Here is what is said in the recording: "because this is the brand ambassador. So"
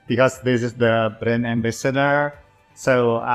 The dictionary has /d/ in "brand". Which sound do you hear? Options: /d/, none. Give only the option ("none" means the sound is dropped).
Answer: none